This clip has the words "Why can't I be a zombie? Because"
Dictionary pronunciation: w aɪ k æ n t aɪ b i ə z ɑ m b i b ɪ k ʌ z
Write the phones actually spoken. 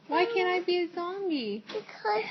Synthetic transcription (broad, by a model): w aɪ k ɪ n aɪ b i ə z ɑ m i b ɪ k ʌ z